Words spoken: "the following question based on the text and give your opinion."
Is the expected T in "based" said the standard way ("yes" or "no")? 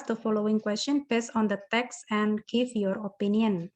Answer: no